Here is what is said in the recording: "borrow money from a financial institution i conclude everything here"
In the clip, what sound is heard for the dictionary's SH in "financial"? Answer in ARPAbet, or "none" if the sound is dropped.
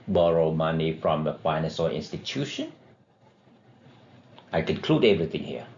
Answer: S